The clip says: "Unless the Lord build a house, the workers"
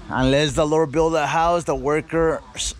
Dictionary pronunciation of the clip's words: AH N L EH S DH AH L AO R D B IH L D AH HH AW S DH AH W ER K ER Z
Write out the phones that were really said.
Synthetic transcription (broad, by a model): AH N L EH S DH AH L AO R D B IH L D AH HH AW S DH AH W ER K ER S